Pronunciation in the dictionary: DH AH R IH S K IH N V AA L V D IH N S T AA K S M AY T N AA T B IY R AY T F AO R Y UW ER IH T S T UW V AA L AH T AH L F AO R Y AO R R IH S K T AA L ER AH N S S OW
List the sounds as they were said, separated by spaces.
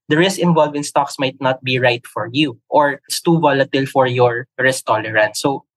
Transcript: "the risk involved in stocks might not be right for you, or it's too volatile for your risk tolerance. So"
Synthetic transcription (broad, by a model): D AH R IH S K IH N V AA L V IH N S T AA K S M AY T N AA T B IY R AY T F AO R Y UW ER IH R S T UW V AA L AH T AH L F AO R Y AO R R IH S T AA L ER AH N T S OW